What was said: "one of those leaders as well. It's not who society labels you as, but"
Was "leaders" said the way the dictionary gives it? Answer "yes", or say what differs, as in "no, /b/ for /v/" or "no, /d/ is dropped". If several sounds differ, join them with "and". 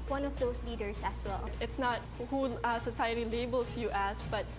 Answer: no, /s/ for /z/